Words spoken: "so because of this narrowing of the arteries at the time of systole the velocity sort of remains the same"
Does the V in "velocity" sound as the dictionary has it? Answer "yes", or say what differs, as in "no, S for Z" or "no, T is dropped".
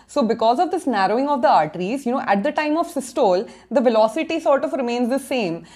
yes